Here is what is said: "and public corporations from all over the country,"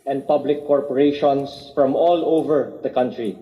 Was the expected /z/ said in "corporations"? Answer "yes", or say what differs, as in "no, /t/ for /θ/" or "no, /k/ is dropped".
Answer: no, /s/ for /z/